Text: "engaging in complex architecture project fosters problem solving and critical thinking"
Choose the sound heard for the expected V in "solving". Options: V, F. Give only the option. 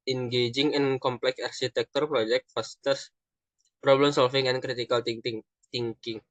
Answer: F